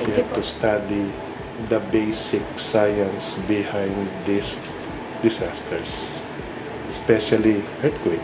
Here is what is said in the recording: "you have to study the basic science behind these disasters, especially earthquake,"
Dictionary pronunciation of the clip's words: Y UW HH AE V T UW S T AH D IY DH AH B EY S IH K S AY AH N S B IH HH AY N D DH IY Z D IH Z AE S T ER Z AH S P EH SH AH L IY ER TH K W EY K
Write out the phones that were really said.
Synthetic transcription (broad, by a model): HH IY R T UW S T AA D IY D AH B EY S IH K S AY AH N S B IH HH AY N D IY S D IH S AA S T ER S S P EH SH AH L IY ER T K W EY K